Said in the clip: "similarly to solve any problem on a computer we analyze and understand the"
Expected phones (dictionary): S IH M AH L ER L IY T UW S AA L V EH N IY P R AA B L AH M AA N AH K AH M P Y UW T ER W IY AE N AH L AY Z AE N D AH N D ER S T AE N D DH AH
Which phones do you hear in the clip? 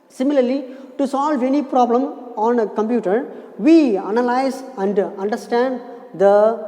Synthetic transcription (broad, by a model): S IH M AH L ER L IY T UW S AA L V EH N IY P R AA B L AH M AA N AH K AH M P Y UW T ER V IY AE N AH L AY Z AE N D AH N D ER S T AE N D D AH